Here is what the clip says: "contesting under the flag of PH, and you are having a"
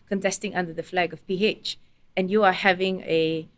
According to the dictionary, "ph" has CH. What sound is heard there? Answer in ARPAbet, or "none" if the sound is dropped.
CH